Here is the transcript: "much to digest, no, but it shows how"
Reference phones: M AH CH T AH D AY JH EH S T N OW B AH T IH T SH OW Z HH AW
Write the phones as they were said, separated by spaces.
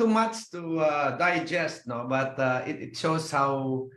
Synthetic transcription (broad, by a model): M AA CH T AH D AY JH EH S T N OW B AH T IH T SH OW S HH AW